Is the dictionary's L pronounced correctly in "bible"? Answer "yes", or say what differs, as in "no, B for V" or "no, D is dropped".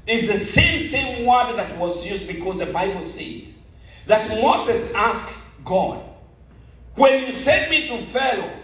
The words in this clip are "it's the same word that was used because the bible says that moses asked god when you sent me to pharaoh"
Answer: yes